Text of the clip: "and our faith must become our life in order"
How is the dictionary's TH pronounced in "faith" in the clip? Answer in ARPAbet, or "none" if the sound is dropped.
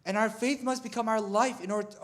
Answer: TH